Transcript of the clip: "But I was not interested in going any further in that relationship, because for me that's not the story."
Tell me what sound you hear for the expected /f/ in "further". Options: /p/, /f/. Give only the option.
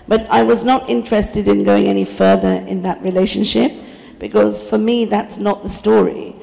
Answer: /f/